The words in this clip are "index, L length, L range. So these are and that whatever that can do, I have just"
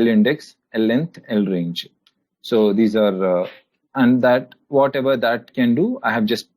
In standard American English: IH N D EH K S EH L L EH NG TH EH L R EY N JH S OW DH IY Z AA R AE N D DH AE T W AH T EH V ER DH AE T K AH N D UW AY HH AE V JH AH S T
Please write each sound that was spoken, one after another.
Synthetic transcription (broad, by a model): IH N D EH K S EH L L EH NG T EH L R EY N JH S OW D IY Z AA R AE N D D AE T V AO T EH V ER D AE T K AH N D UW AY HH AE V JH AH S T